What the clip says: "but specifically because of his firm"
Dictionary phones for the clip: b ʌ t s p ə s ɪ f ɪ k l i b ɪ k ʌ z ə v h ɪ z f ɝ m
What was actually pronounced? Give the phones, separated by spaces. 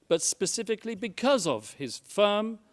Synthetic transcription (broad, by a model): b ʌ t s p ə s ɪ f ɪ k l i b ɪ k ʌ z ə v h ɪ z f ɝ m